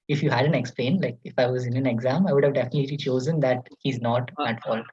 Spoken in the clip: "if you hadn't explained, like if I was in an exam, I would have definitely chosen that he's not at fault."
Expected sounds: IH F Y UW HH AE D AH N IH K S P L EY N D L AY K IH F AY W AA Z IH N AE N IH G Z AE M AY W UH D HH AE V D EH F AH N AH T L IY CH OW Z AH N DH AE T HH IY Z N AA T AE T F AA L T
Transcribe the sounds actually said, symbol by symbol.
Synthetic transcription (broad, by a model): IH F Y UW HH AE D AH N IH K S P L EY N L AY K IH F AY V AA Z IH N AE N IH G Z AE M AY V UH D HH AE V D EH F AH N AH T L IY CH OW Z AH N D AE T HH IY Z N AA T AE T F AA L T